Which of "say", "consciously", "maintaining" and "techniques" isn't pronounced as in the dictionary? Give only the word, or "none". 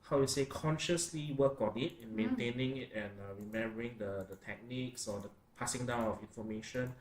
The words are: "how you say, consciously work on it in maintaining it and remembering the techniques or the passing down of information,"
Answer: none